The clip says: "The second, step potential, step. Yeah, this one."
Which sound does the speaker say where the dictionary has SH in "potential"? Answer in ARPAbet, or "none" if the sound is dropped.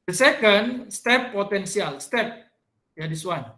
S